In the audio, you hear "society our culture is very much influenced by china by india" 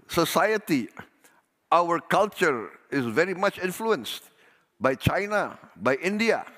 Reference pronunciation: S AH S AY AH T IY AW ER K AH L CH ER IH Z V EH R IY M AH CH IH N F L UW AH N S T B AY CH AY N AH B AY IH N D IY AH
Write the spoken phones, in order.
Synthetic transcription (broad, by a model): S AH S AY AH T IY AW ER K AH L CH ER IH Z V EH R IY M AH CH IH N F L UW AH N S T B AY CH AY N AH B AY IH N D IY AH